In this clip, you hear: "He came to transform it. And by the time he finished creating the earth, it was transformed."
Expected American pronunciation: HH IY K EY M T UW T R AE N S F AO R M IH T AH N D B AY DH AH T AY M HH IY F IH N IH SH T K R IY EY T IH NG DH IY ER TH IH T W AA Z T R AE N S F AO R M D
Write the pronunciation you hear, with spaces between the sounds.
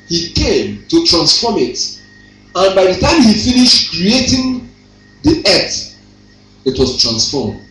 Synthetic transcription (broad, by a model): HH IY K EY M T UW T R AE N S F AO M IH T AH N B AY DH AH T AY M HH IY F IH N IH SH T K R IY EY T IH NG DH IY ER T IH T W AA S T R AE N S F AO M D